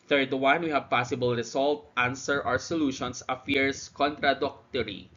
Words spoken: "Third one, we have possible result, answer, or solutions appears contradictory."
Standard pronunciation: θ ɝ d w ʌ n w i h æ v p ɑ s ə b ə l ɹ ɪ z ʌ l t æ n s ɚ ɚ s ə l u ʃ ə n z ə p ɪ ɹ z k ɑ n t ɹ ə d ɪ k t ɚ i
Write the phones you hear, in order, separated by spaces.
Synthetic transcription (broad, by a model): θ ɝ d w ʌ n w i h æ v p ɑ s ə b ə l ɹ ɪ s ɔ l t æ n s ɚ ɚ s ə l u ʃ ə n s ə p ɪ ɹ s k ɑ n t ɹ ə d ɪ k t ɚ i